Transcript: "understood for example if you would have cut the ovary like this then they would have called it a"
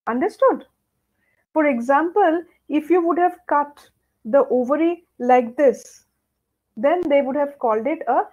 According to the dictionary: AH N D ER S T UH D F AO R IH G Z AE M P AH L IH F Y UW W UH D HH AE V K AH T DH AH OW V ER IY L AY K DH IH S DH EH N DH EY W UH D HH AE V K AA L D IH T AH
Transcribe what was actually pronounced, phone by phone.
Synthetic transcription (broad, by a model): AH N D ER S T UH D F AO R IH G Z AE M P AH L IH F Y UW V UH D HH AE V K AH T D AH OW V ER IY L AY K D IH S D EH N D EY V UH D HH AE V K AA L D IH T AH